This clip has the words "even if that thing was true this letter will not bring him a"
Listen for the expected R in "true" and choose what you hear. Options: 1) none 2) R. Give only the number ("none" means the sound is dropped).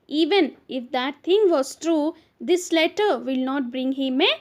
2